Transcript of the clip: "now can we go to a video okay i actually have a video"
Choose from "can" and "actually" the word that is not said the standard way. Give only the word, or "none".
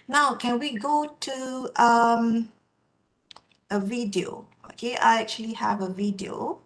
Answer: none